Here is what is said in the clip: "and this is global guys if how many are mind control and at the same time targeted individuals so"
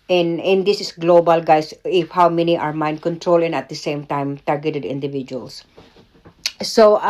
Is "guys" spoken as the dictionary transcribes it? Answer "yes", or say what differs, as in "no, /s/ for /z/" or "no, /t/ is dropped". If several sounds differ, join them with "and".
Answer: no, /s/ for /z/